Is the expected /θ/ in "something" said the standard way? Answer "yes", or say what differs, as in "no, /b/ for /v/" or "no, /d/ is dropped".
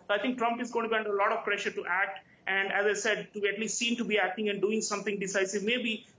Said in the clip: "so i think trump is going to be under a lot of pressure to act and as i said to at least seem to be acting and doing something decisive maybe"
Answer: no, /t/ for /θ/